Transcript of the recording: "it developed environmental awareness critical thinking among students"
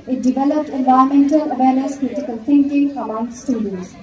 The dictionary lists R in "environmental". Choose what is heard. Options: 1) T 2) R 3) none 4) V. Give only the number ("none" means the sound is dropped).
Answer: 3